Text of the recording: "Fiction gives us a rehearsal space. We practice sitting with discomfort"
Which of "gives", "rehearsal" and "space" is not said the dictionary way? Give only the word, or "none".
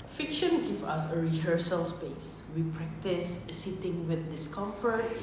gives